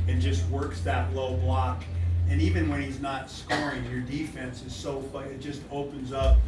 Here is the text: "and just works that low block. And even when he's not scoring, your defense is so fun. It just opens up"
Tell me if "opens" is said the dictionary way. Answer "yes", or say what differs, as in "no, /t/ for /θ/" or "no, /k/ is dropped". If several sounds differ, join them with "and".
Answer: yes